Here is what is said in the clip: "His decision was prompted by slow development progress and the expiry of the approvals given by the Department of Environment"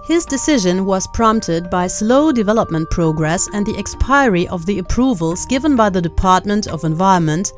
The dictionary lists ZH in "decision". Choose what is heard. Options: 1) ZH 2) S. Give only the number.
1